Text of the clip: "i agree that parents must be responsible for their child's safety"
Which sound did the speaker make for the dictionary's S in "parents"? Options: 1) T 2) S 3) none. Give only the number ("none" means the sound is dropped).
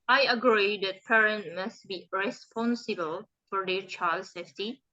3